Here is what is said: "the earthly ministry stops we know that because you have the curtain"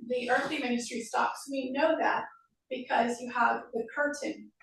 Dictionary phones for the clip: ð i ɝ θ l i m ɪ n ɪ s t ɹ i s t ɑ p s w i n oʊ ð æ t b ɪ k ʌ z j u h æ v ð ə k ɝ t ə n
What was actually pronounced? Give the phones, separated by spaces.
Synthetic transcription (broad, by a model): ð i ɝ θ l i m ɪ n ɪ s t ɹ i s t ɑ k s w i n oʊ ð æ t b ɪ k ʌ z j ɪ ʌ v ð ə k ɝ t n